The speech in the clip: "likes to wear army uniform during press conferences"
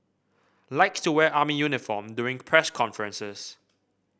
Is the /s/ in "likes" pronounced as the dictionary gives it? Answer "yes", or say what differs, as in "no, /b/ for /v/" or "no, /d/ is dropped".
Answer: no, /s/ is dropped